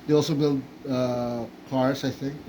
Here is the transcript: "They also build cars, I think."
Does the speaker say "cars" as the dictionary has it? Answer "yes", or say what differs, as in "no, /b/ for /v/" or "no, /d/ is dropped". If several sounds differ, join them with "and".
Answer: no, /s/ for /z/